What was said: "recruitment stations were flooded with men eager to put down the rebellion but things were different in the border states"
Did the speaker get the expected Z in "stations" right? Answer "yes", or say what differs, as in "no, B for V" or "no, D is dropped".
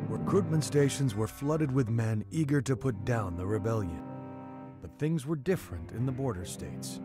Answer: yes